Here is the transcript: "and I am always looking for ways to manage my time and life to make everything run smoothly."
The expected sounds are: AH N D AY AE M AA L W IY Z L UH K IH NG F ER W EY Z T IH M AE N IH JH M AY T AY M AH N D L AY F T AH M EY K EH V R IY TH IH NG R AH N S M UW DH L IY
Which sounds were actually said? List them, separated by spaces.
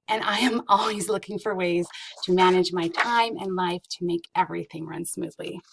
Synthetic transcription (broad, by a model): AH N AY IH M AA L W IY Z L UH K IH NG F ER W EY Z T IH M AE N IH JH M AY T AY M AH N L AY F T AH M EY K EH V R IY TH IH NG R AH N S M UW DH L IY